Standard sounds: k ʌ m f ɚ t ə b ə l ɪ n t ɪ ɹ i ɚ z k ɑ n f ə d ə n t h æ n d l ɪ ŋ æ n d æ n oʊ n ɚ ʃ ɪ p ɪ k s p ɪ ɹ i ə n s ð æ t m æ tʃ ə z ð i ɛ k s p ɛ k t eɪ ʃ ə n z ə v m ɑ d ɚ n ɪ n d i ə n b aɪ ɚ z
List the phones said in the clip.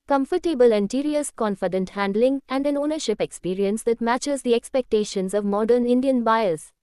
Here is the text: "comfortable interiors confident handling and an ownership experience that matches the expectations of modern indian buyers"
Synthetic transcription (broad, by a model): k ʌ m f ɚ t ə b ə l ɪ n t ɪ ɹ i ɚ s k ɑ n f ə d ə n t h æ n d l ɪ ŋ æ n d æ n oʊ n ɚ ʃ ɪ p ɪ k s p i ɹ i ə n s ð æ t m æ tʃ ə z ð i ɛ k s p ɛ k t eɪ ʃ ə n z ə v m ɑ d ɚ n ɪ n d i ə n b aɪ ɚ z